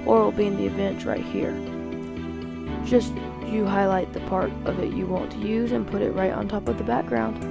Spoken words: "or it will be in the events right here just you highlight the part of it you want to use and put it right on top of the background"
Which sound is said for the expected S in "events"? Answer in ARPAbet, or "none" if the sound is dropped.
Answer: none